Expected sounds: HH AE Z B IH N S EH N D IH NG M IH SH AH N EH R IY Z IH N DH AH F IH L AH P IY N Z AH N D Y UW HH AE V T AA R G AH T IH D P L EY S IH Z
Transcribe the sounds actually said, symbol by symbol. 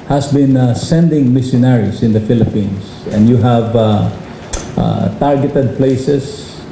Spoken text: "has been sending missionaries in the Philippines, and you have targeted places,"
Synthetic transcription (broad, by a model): HH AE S B IH N S EH N D IH NG M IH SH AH N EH R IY S IH N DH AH F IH L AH P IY N S AH N D Y UW HH AE V T AA R G AH T IH D P L EY S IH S